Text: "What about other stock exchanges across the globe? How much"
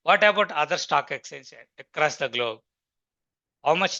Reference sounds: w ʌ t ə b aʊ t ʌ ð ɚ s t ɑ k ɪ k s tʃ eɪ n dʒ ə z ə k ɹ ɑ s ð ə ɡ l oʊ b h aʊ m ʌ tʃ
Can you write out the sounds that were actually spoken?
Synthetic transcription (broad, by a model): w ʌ t ə b aʊ t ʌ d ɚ s t ɑ k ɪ k s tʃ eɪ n ʃ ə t ə k ɹ ɑ s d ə ɡ l oʊ b h aʊ m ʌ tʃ